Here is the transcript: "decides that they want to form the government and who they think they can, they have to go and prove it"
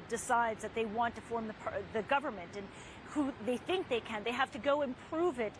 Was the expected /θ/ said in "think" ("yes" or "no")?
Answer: yes